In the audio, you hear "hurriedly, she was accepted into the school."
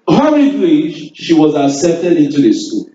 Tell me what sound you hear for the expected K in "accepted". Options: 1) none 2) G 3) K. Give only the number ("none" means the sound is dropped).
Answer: 1